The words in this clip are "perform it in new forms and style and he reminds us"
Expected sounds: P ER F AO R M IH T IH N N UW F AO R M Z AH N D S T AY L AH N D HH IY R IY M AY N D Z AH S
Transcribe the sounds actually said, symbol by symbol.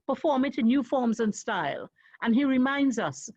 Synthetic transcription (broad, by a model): P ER F AO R M IH T IH N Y UW F AO R M Z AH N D S T AY L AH N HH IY R IY M AY N D Z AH S